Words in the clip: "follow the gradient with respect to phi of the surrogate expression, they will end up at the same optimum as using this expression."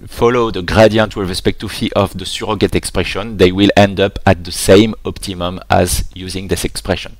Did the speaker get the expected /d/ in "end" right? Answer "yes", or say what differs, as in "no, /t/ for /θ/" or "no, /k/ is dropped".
yes